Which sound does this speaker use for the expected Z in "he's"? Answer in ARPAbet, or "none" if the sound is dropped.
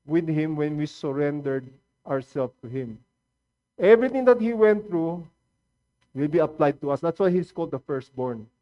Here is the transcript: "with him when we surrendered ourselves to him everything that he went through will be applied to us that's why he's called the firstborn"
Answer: S